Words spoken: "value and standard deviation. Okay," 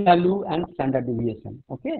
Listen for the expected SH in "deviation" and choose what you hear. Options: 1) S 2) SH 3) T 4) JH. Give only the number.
1